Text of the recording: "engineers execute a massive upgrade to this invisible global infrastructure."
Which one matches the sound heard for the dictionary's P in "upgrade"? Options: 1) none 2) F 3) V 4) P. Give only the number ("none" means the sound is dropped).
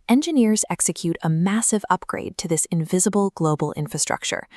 4